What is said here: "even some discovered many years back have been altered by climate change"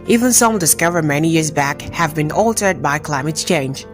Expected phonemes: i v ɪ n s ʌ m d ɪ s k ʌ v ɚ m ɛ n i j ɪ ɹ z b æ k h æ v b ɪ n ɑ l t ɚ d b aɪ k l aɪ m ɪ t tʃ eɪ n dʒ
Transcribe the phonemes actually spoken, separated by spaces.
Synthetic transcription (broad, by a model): i v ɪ n s ʌ m d ɪ s k ʌ v ɚ m ɛ n i j ɪ ɹ z b æ k h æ v b ɪ n ɑ l t ɚ d b aɪ k l aɪ m ɪ t tʃ eɪ n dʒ